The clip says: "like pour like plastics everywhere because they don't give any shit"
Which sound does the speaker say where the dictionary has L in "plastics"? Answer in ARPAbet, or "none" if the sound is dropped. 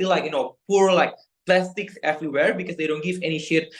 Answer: L